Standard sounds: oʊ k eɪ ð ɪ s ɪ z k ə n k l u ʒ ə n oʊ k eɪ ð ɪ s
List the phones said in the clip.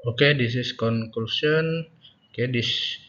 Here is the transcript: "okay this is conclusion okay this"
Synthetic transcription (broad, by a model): oʊ k eɪ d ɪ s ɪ s k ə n k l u s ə n oʊ k eɪ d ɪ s